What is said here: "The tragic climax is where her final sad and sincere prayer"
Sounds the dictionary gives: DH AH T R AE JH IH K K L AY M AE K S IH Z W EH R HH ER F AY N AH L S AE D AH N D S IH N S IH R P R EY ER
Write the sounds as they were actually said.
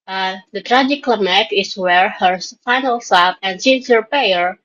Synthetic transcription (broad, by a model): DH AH T R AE JH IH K K L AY M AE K IH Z W EH R HH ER F AY N AH L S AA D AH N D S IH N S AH R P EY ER